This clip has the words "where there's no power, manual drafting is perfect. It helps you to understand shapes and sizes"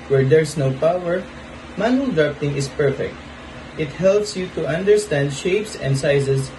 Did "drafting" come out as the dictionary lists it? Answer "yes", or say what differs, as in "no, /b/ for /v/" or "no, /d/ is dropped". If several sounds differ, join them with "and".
no, /p/ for /f/